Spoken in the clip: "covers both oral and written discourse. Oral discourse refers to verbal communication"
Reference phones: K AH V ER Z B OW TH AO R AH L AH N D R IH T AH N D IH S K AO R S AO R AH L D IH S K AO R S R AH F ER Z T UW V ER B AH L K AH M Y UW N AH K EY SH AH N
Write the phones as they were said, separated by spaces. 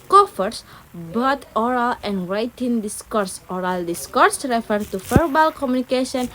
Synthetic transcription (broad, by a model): K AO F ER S B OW T AO R AH L AH N D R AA T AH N D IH S K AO R S AO R AH L D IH S K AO R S R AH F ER T UW F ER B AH L K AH M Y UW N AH K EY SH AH N